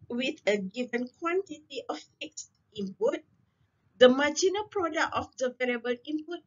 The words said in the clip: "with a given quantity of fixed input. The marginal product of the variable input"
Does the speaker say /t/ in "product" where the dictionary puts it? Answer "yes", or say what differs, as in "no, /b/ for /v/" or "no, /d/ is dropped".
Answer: no, /t/ is dropped